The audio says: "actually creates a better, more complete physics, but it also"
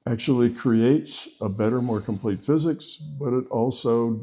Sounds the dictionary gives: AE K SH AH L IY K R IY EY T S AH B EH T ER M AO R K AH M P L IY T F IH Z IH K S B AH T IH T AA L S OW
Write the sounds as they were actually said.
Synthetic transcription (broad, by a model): AE K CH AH L IY K R IY EY T S AH B EH T ER M AO R K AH M P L IY T F IH Z IH K S B AH T IH T AA L S OW